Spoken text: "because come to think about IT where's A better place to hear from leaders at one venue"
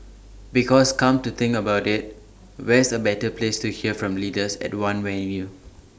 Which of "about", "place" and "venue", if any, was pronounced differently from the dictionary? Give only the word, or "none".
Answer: venue